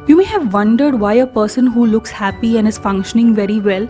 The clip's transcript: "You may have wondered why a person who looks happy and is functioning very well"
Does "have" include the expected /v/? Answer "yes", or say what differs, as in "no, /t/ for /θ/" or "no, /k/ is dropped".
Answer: yes